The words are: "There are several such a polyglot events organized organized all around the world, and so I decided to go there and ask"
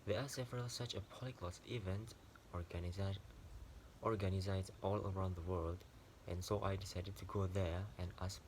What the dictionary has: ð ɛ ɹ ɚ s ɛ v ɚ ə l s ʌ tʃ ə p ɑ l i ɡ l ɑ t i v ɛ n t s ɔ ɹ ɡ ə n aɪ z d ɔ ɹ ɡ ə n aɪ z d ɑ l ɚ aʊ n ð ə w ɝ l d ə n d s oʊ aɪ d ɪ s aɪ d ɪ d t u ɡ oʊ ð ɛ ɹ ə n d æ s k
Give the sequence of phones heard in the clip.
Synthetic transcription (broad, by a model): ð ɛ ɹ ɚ s ɛ v ɚ ə l s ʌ tʃ ə p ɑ l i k l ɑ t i v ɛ n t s ɔ ɹ ɡ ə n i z ɑ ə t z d ɑ l ɚ aʊ n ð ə w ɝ l d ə n s oʊ aɪ d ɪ s aɪ d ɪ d t u ɡ oʊ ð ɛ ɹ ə n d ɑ s